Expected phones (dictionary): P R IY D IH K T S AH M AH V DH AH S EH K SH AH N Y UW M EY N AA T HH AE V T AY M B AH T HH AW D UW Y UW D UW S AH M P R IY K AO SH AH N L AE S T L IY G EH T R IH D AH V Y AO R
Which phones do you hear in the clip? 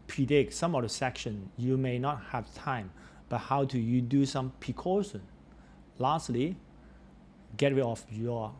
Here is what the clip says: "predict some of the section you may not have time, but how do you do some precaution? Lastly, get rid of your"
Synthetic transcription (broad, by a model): P R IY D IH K S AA M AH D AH S EH K SH AH N Y UW M EY N AA T HH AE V T AY M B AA T HH AW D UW Y UW D UW S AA M P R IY K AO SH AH N L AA S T L IY G EH T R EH AH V Y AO